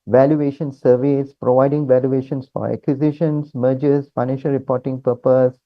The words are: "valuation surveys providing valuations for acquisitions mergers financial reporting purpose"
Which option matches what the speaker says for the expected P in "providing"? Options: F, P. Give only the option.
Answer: P